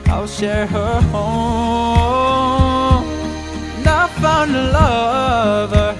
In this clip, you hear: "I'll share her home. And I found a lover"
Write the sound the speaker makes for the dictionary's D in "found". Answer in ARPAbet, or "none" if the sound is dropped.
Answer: none